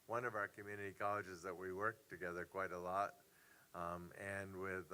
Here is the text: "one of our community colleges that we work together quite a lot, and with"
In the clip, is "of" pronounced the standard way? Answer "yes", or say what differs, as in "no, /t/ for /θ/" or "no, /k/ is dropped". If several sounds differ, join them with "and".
yes